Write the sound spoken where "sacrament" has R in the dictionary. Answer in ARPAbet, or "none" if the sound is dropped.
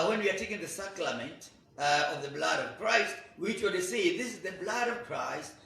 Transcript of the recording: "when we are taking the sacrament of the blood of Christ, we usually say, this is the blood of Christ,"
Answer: L